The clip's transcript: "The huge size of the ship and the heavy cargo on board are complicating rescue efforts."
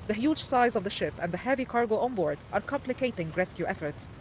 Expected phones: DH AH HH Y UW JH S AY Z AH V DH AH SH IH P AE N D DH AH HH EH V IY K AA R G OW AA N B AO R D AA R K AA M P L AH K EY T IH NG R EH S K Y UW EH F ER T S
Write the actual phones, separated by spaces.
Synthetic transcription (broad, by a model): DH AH HH Y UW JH S AY Z AH V DH AH SH IH P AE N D DH AH HH EH V IY K AA R G OW AA N B AO R D AA R K AA M P L AH K EY T IH NG R EH S K Y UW EH F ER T S